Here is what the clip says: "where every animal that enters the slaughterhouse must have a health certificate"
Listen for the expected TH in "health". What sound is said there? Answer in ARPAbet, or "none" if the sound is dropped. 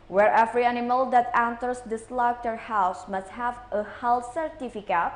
S